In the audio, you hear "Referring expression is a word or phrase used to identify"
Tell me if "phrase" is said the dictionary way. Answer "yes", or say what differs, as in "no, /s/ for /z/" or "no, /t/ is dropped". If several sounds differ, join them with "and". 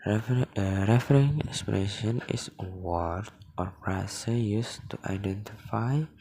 no, /p/ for /f/ and /s/ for /z/